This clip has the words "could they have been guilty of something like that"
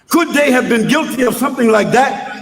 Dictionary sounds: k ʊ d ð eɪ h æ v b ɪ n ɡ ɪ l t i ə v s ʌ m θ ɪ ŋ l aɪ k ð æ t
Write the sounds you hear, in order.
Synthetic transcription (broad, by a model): k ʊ d ð eɪ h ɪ v b ɪ n ɡ ɪ l t i ə v s ʌ m θ ɪ ŋ l aɪ k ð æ t